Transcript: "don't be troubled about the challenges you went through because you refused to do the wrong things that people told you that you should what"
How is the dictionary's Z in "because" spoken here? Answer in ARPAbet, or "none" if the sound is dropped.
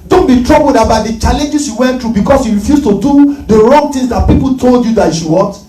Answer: S